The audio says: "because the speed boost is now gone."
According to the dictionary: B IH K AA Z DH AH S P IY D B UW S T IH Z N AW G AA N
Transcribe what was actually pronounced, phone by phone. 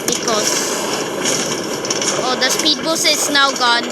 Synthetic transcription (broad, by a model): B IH K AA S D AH S P IY D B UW S IH S N AW G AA N